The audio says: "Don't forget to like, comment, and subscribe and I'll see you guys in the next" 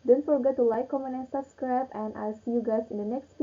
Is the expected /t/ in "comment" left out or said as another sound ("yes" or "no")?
yes